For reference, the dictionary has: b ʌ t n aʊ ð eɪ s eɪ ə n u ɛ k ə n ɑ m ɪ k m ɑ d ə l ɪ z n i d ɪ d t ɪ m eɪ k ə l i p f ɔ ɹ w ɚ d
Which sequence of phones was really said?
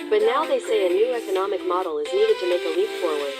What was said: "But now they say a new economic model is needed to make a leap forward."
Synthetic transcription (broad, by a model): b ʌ t n aʊ ð eɪ s eɪ ə n u ɛ k ə n ɑ m ɪ k m ɑ d l ɪ z n i d ɪ d t ɪ m eɪ k ə l i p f ɔ ɹ w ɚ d